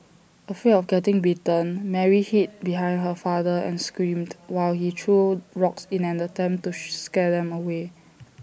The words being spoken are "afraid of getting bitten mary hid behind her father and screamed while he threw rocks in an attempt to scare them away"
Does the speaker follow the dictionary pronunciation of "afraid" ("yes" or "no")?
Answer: no